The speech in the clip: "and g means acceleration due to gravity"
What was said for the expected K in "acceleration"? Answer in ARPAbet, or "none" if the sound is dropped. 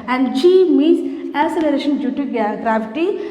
none